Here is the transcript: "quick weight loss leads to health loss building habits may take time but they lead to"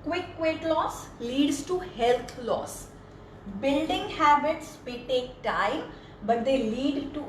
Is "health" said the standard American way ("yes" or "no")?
no